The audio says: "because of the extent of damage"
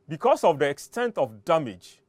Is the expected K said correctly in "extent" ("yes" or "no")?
yes